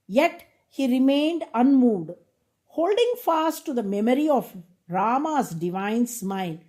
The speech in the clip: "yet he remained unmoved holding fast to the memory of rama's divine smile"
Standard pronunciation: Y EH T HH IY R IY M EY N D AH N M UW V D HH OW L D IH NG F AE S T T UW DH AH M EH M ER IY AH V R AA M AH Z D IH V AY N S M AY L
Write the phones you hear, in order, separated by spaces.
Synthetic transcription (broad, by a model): Y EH T HH IY R IY M EY N D AH N M UW V D HH OW L D IH NG F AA S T T UW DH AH M EH M ER IY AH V R AA M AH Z D IH V AY N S M AY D